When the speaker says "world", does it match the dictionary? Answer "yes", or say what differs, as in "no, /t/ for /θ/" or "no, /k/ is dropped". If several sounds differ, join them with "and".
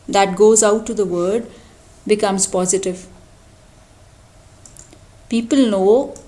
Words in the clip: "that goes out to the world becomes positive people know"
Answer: no, /l/ is dropped